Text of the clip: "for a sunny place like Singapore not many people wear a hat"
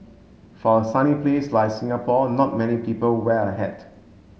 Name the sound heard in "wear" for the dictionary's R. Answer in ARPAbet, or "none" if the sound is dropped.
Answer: L